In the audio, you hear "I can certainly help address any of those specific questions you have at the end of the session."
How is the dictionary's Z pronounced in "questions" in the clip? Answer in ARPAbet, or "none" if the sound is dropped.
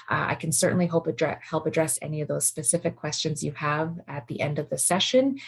Z